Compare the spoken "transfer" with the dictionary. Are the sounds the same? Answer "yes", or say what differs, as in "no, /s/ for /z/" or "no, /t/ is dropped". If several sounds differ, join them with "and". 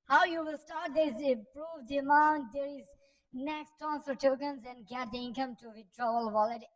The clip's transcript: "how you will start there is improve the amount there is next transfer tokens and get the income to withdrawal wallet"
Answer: no, /ɹ/ is dropped and /f/ is dropped